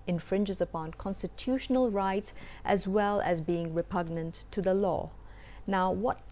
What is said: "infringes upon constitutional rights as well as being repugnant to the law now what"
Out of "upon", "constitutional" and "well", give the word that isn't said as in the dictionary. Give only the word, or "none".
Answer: none